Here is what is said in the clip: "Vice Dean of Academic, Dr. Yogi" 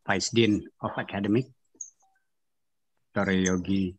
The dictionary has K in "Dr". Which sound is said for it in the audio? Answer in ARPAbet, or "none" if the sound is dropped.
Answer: none